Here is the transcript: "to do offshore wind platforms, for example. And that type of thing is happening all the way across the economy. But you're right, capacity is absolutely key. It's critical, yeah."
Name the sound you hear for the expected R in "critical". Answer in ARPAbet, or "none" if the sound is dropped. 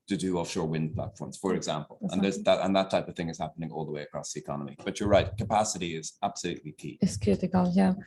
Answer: none